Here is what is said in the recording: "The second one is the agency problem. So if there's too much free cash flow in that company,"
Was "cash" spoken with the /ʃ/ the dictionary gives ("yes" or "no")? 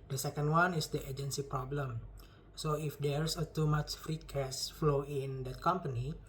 no